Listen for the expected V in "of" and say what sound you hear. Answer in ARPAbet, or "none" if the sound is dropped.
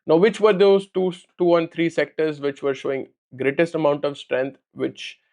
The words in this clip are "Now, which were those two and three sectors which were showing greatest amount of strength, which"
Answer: V